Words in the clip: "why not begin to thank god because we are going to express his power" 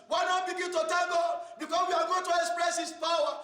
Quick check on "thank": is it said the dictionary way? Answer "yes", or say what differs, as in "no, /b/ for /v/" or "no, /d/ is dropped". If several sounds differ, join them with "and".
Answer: no, /t/ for /θ/